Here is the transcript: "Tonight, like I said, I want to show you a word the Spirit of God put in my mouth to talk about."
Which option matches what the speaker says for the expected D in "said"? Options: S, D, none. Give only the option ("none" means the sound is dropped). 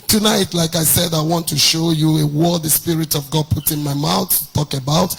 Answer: D